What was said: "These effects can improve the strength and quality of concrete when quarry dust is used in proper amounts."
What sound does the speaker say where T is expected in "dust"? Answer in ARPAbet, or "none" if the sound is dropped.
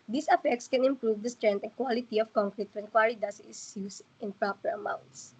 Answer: none